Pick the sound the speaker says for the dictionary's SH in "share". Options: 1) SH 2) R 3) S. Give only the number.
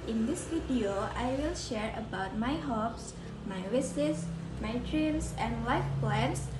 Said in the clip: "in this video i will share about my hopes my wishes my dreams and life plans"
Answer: 1